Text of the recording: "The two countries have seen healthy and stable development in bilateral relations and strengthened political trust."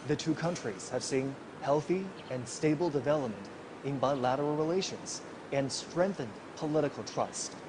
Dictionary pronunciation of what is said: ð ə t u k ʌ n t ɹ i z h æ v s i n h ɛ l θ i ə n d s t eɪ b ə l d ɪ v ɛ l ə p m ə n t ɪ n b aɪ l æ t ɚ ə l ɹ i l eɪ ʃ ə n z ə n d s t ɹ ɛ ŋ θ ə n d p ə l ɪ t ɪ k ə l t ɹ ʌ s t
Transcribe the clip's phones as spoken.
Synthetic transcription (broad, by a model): ð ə t u k ʌ n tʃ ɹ i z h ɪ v s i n h ɛ l θ i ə n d s t eɪ b l d ɪ v ɛ l ə p m ə n t ɪ n b aɪ l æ t ɚ l ɹ i l eɪ ʃ ə n z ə n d s t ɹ ɛ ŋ θ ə n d p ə l ɪ t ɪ k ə l t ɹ ʌ s t